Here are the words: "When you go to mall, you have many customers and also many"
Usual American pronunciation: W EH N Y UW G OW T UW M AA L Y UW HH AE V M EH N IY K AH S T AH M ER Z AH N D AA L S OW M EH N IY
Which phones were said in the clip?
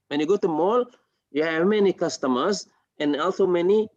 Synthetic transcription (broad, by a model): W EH N Y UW G OW T UW M AA L Y UW HH AE V M EH N IY K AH S T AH M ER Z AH N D AA L S OW M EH N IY